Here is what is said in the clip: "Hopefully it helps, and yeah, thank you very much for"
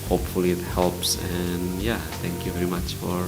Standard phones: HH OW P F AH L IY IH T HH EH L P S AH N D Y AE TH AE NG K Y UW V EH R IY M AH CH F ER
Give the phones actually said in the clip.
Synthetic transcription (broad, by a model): HH OW P F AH L IY IH T HH EH L P S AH N Y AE T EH NG K Y UW V EH R IY M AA CH F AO